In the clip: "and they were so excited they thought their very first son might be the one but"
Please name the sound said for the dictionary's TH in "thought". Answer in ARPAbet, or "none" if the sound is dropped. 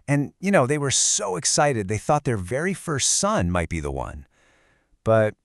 TH